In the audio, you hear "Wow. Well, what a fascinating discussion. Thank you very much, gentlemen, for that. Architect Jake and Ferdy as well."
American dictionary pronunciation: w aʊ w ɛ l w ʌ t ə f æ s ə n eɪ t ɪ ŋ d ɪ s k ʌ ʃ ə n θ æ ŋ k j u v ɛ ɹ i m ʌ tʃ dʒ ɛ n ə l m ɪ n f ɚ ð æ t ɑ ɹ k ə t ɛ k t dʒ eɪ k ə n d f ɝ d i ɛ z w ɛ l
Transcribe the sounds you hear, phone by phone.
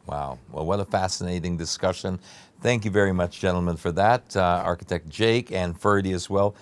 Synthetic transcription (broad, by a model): w aʊ w ɛ l w ʌ t ə f æ s ə n eɪ t ɪ ŋ d ɪ s k ʌ ʃ ə n θ æ ŋ k j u v ɛ ɹ i m ʌ tʃ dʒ ɛ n l m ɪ n f ɚ ð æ t ɑ ɹ k ə t ɛ k t dʒ eɪ k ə n f ɝ d i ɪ z w ɛ l